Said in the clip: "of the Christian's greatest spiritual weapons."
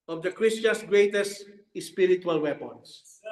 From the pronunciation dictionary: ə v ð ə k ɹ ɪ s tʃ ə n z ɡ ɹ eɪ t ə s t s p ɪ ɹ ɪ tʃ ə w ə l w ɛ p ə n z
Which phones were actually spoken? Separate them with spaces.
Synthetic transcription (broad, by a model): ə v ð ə k ɹ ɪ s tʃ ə n s ɡ ɹ eɪ t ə s t s p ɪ ɹ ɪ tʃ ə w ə l w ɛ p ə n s